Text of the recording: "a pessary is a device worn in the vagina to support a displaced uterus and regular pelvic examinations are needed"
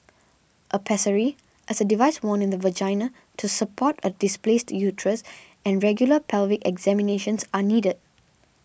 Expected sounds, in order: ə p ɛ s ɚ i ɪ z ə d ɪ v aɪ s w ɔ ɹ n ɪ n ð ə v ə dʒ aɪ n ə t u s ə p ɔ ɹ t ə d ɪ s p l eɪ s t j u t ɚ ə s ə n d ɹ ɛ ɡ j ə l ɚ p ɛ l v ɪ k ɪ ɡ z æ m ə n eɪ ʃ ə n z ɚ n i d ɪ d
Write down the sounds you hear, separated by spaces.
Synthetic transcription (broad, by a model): ə p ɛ s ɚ i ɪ s ə d ɪ v aɪ s w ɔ n ɪ n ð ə v ə dʒ aɪ n ə t u s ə p ɔ t ə d ɪ s p l eɪ s t j u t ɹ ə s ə n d ɹ ɛ ɡ j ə l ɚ p ɛ l v ɪ k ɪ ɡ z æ m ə n eɪ ʃ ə n s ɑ n i d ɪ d